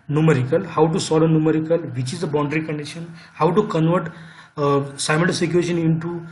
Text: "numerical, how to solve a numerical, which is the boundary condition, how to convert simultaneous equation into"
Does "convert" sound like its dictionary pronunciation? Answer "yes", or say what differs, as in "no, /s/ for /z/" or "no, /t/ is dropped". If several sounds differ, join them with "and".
yes